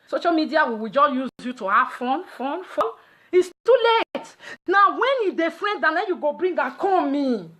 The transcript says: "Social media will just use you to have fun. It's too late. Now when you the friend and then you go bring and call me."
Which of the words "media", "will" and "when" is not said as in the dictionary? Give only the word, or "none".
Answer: will